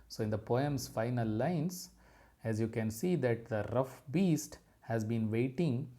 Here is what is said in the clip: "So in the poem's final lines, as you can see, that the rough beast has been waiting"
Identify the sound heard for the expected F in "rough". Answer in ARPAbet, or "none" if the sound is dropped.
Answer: F